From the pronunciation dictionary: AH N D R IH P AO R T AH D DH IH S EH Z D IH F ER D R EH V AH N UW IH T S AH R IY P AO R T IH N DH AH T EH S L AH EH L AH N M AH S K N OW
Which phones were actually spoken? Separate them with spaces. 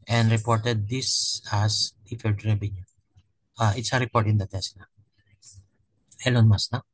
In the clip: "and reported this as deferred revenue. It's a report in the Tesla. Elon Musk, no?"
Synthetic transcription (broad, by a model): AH N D R IH P AO R T AH D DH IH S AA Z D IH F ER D R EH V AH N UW IH T S AH R IY P AO R T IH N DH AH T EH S N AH EH L AH N M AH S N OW